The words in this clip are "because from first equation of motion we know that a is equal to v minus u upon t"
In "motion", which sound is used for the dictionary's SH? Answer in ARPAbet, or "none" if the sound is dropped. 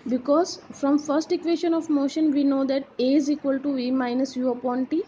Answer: SH